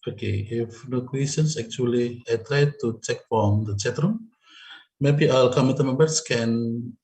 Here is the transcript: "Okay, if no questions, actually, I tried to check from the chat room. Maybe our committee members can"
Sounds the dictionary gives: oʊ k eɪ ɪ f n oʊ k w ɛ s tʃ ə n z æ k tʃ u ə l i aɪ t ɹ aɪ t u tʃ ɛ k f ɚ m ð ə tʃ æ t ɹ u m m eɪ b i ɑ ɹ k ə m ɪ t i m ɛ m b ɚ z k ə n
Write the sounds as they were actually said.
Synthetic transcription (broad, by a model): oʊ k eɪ ɪ f n oʊ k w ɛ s ə n s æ k tʃ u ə l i aɪ t ɹ aɪ t u tʃ ɛ k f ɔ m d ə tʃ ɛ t ɹ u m m eɪ b i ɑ l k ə m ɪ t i m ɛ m b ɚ s k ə n